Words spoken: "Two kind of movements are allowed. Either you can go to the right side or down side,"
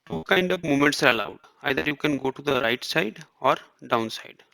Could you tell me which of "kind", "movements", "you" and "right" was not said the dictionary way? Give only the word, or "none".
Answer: movements